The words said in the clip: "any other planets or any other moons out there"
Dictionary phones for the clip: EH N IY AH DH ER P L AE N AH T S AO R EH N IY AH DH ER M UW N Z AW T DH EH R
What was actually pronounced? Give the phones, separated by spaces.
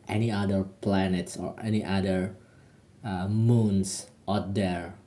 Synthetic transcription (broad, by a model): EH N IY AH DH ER P L AE N AH T S AO R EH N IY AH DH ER M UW N S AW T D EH R